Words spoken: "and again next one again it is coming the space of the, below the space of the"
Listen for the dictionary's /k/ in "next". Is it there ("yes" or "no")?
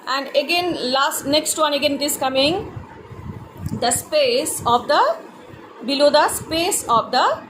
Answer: yes